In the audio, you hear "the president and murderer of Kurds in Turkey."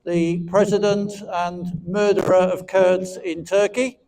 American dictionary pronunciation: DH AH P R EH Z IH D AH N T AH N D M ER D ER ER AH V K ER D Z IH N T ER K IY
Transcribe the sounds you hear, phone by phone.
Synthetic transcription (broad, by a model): DH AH P R EH Z IH D AH N T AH N M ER D ER ER AH V K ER D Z IH N T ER K IY